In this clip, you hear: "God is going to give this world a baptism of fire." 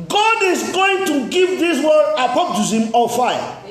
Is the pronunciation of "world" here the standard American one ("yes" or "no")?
no